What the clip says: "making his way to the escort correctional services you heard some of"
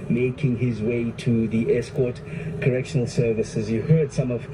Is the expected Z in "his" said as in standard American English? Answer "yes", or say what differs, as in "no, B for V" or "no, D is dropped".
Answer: yes